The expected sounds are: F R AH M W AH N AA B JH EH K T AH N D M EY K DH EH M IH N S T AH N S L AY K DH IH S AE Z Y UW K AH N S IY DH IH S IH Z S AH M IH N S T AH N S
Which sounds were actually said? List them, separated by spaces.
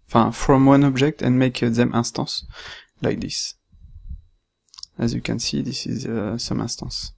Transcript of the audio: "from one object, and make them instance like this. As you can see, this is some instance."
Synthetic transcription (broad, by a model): F R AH M W AH N AA B JH EH K T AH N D M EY K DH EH M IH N S T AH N S L AY K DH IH S AE Z Y UW K AH N S IY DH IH S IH Z S AH M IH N S T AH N S